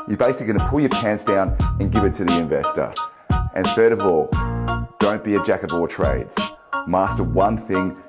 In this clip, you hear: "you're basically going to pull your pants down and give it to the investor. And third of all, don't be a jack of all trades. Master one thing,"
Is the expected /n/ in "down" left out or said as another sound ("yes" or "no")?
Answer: no